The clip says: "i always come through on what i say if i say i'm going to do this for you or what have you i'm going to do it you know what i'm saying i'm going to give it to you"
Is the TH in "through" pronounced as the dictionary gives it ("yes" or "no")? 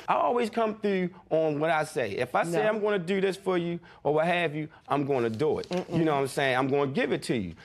yes